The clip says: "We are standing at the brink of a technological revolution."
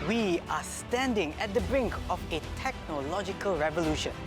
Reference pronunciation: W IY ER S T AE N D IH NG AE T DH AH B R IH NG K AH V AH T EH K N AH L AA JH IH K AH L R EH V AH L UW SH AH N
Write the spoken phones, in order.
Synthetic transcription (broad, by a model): W IY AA S T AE N D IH NG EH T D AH B R IH NG K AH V AH T EH K N AH L AA JH IH K AH L R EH V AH L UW SH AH N